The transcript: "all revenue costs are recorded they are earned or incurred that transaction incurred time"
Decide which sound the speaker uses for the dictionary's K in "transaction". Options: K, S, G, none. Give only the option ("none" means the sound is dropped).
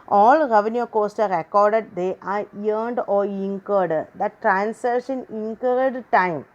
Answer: none